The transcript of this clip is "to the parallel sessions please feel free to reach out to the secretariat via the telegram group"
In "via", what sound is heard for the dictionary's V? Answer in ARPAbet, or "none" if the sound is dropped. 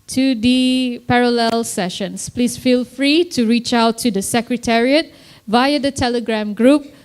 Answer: V